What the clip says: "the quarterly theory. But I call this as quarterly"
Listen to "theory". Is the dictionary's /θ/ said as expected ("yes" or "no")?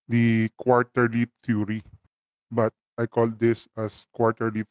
no